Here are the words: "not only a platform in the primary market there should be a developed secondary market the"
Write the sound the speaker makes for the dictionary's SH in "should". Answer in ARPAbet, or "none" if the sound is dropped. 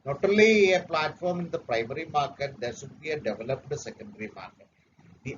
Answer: S